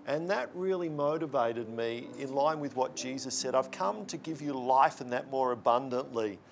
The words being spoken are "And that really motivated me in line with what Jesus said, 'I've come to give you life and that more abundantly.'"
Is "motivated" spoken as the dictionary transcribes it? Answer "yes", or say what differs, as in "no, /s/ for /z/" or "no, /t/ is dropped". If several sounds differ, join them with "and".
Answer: yes